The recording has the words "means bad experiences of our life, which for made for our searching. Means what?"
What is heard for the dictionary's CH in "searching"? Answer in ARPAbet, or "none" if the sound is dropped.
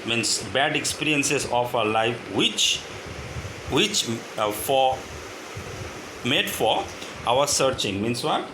CH